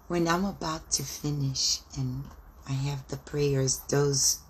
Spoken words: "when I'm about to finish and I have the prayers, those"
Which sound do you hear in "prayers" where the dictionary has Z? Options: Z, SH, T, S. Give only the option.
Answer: Z